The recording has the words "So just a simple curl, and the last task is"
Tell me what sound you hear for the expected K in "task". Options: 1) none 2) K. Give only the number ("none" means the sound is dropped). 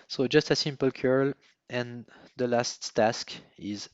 2